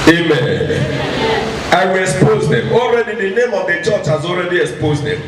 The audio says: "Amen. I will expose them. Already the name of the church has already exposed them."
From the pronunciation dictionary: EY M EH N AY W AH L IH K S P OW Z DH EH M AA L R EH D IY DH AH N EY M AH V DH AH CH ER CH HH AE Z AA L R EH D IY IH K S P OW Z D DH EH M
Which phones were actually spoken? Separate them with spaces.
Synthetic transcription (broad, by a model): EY M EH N AY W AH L IH K S P OW Z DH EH M AA L R EH D IY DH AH N EY M AH V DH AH CH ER CH HH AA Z AA L R EH D IY IH K S P OW Z D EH M